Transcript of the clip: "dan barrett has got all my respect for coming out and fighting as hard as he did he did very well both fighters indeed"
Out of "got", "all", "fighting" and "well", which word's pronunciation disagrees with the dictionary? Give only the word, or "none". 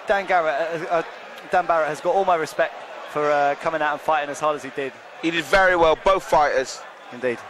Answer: none